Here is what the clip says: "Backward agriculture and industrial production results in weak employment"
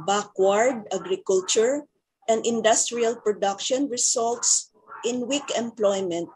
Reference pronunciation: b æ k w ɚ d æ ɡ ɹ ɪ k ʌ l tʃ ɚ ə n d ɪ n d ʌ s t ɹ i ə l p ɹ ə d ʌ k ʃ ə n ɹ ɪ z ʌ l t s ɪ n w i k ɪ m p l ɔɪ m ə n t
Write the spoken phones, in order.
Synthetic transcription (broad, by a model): b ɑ k w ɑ d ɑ ɡ ɹ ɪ k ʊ l tʃ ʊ ə n d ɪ n d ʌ s t ɹ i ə l p ɹ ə d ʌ k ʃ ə n ɹ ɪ s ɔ l t s ɪ n w i k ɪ m p l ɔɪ m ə n t